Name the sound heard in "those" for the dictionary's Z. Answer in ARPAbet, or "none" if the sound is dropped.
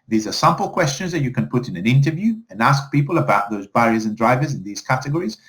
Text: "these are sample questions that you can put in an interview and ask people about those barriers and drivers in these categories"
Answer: Z